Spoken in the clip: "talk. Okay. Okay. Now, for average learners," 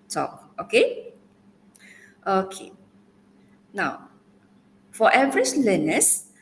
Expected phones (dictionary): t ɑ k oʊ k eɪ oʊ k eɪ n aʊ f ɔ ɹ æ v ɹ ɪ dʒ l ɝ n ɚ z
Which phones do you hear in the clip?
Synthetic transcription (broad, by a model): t ɑ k oʊ k eɪ oʊ k eɪ n aʊ f ɔ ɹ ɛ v ɹ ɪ tʃ l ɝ n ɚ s